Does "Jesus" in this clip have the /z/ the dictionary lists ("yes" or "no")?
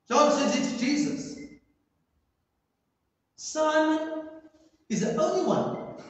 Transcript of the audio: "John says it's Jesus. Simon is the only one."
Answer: yes